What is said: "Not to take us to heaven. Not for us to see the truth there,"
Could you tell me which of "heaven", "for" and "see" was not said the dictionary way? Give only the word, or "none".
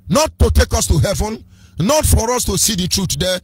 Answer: none